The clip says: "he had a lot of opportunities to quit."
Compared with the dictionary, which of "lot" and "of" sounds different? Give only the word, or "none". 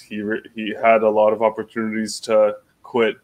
none